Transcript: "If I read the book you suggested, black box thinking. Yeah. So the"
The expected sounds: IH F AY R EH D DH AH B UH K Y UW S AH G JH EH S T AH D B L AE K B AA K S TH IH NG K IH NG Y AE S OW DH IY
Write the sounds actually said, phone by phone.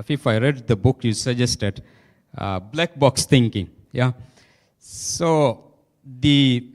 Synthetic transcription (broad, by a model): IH F AY R EH D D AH B UH K Y UW S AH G JH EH S T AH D B L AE K B AA K S T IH NG K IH NG Y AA S OW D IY